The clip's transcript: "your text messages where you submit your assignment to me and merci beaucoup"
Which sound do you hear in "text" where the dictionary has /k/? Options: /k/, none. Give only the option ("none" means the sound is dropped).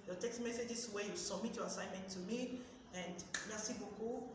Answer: /k/